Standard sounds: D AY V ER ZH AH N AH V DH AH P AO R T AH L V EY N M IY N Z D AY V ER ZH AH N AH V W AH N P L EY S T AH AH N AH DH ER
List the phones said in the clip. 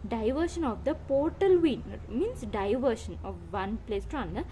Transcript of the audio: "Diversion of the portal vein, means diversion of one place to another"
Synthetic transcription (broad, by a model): D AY V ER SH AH N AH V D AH P AO R T AH L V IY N M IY N S D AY V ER SH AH N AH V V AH N P L EY S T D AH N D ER